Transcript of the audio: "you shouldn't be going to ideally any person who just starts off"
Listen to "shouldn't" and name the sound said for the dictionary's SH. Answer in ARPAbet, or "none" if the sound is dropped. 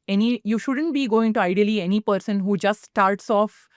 SH